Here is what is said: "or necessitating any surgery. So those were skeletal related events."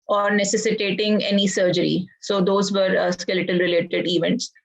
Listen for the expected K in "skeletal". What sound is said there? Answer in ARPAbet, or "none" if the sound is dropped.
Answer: K